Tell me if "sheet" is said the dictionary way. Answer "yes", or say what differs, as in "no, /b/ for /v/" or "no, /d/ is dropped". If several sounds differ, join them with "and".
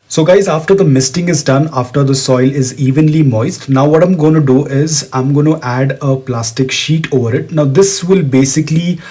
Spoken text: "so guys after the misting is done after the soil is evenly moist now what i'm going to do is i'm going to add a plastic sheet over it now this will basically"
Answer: yes